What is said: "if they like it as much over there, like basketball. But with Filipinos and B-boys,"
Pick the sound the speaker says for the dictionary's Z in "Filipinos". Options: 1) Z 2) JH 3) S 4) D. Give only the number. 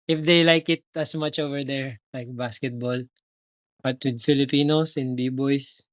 3